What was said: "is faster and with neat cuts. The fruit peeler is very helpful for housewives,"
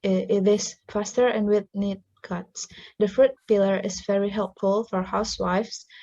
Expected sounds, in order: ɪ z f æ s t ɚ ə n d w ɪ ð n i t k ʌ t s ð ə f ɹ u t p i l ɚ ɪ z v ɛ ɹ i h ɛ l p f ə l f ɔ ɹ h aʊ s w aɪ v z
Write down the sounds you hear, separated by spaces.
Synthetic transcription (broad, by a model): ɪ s f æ s t ɚ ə n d w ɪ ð n i t k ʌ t s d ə f ɹ u t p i l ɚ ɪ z v ɛ ɹ i h ɛ l p f ə l f ɔ ɹ h aʊ s w aɪ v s